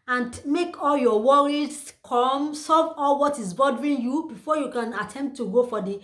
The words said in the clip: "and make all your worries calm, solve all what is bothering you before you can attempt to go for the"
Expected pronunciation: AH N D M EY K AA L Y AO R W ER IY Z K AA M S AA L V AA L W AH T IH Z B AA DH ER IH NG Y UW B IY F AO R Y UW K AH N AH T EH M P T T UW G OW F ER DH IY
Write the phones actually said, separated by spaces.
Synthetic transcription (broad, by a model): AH N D M EY K AA L Y AO W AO IY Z K AA M S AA V AA L W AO T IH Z B AA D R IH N Y UW B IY F AO Y UW K AH N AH T EH M P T T UW G OW F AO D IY